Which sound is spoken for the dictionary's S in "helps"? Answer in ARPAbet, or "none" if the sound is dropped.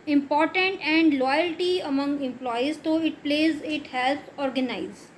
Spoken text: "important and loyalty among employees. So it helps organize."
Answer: none